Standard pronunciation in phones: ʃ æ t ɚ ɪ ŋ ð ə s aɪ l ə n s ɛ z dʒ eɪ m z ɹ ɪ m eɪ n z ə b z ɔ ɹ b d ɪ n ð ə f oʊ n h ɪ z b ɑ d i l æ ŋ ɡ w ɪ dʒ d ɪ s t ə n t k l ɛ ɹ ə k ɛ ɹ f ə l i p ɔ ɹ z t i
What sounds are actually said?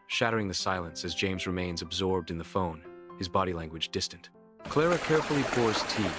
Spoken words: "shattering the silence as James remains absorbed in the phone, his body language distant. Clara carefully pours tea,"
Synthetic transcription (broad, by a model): ʃ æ t ɚ ɪ ŋ ð ə s aɪ l ə n s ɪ z dʒ eɪ m z ɹ ɪ m eɪ n z ə b z ɔ ɹ b d ɪ n ð ə f oʊ n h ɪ z b ɑ d i l æ ŋ ɡ w ɪ dʒ d ɪ s t ə n t k l ɛ ɹ ə k ɛ ɹ f l i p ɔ ɹ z t i